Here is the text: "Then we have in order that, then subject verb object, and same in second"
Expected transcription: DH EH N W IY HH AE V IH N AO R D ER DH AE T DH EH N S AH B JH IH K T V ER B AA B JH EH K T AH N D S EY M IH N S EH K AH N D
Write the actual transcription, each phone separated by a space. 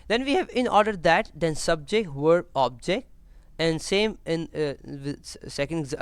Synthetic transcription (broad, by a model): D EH N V IY HH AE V IH N AO R D ER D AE T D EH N S AH B JH IH K T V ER AA B JH EH K T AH N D S EY M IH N S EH K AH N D